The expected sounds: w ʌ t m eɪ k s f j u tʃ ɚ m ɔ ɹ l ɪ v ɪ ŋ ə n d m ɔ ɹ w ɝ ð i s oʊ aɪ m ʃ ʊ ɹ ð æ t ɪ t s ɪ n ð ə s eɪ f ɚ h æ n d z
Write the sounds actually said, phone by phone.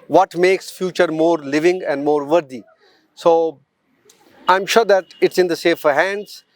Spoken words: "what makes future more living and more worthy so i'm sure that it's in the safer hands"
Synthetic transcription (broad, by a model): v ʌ t m eɪ k s f j u tʃ ɚ m ɔ ɹ l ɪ v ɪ ŋ ə n d m ɔ ɹ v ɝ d i s oʊ aɪ m ʃ ʊ ɹ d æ t ɪ t s ɪ n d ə s eɪ f ɚ h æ n d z